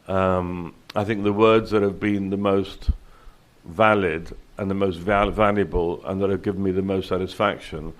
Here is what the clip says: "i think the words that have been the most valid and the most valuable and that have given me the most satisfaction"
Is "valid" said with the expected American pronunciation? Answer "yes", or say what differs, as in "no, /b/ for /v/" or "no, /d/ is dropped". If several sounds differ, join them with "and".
yes